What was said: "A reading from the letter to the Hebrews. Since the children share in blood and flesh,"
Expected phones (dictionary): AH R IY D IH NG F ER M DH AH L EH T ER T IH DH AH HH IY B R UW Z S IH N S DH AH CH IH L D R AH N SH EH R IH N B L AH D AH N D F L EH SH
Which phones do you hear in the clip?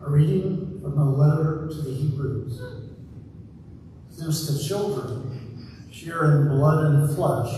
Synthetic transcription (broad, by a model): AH R IY D IH NG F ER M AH L EH T ER T IH DH AH HH IY B R UW Z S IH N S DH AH CH IH L D R AH N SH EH R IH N B L AH D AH N F L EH SH